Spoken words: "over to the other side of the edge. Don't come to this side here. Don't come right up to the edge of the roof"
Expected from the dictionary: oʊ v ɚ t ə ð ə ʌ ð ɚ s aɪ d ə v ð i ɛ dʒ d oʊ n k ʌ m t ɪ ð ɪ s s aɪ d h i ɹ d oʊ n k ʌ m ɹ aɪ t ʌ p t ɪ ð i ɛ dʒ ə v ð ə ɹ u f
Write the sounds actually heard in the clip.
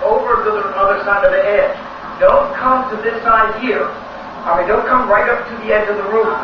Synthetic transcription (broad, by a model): oʊ v ɚ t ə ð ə ʌ ð ɚ s aɪ d ə v ð i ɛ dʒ d oʊ n k ʌ m t ɪ ð ɪ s s aɪ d h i ɹ d oʊ n k ʌ m ɹ aɪ t ʌ p t ɪ ð i ɛ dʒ ə v ð ə ɹ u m